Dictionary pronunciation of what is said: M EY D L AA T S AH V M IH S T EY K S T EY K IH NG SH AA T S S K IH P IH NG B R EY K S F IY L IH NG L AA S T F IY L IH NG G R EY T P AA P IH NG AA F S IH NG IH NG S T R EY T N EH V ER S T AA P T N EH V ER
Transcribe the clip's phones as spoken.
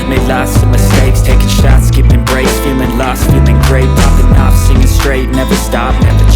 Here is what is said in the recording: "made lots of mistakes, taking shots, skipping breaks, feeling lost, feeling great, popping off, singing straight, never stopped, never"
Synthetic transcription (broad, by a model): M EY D L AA S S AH M IH S T EY K S T EY K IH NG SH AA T S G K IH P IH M B R EY S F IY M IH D L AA S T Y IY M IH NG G R EY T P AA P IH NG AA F S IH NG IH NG S T R EY T N EH V ER S T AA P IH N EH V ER